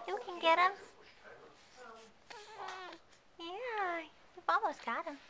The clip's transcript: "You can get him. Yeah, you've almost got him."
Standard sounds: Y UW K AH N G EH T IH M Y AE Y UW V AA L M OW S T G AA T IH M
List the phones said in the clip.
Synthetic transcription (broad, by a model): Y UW K AH N G EH T IH M Y AE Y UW F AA M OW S G AA T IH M